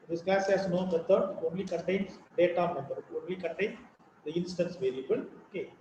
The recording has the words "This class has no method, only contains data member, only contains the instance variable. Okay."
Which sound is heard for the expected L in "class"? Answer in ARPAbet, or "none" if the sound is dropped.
none